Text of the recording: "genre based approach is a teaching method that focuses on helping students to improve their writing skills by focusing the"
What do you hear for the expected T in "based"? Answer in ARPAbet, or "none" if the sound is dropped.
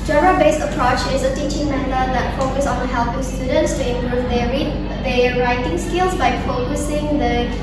none